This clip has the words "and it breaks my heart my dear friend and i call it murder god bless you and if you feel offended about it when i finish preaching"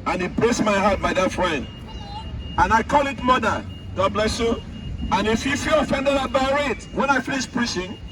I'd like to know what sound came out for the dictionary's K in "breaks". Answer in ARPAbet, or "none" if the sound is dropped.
none